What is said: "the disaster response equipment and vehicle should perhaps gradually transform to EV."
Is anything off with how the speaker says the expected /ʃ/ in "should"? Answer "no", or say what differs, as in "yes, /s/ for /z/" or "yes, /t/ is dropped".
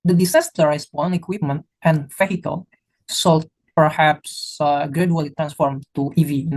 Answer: yes, /s/ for /ʃ/